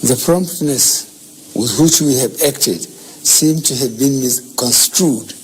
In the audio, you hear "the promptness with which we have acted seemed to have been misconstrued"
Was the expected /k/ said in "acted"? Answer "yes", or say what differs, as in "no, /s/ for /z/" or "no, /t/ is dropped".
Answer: yes